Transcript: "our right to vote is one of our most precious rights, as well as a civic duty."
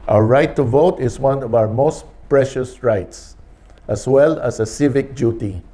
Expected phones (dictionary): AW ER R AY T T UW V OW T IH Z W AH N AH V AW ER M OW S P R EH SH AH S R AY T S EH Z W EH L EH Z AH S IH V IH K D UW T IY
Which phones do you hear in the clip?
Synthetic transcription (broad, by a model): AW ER R AY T T UW V OW T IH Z W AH N AH V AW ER M OW S P R EH SH AH S R AY T S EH S W EH L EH S AH S IH V IH K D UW T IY